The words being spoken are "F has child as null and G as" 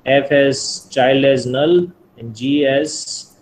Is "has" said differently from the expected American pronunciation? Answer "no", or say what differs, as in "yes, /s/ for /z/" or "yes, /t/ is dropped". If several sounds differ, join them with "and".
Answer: yes, /s/ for /z/